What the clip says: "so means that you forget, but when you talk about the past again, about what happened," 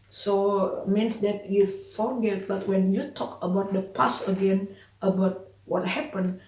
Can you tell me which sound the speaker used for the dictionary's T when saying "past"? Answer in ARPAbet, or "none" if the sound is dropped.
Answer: none